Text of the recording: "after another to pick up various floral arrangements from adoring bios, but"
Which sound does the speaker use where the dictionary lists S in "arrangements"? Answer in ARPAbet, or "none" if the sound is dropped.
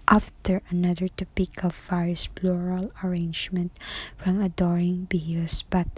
none